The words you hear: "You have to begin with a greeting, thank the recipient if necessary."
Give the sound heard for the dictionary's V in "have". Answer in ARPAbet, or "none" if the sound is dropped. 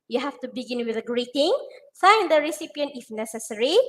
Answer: F